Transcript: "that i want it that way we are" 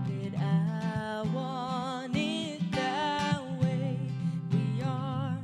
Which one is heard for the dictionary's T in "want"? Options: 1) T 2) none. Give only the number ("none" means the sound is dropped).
2